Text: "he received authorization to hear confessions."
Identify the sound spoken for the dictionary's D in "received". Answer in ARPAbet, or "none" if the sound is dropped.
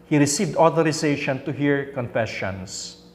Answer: D